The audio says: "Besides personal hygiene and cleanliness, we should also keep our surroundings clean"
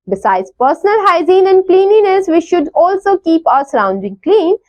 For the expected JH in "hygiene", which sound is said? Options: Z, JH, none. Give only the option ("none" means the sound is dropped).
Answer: Z